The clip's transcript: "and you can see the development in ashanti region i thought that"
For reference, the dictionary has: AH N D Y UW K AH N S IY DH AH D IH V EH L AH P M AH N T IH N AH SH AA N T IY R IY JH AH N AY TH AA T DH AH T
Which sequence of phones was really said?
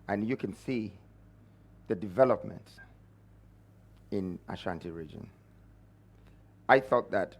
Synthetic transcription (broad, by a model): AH N Y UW K AH N S IY DH AH D IH V EH L AH P M AH N T IH N AH SH AA N T IY R IY JH AH N AY TH AA T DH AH T